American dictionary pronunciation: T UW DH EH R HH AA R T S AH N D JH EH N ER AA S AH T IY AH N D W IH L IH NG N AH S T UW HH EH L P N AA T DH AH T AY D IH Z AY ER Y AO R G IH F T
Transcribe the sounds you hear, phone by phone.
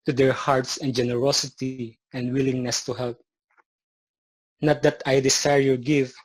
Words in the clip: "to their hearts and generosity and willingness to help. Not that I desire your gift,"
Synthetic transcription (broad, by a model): T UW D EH R HH AA R T S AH N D JH EH N ER AA S AH T IY AH N D W IH L IH NG N AH S T UW HH EH L P N AA T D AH T AY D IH S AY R Y AO R G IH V